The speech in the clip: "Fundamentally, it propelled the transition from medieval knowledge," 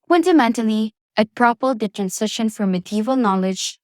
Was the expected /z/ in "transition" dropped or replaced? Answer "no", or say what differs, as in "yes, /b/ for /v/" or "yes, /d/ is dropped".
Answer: yes, /s/ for /z/